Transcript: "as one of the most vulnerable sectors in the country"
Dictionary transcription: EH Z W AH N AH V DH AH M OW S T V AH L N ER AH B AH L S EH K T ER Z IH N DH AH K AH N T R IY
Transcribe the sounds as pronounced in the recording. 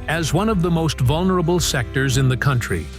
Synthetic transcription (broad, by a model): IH Z W AH N AH V DH AH M OW S T V AH L N ER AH B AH L S EH K T ER Z IH N DH AH K AH N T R IY